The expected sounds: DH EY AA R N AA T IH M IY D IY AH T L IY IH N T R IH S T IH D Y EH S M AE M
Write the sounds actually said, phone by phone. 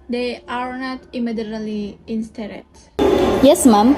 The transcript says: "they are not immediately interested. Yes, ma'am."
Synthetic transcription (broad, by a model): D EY AA R N AA T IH M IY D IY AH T L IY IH N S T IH T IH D Y EH S M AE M